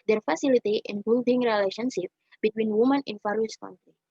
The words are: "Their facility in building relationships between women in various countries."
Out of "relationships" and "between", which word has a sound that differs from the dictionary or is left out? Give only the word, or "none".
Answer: relationships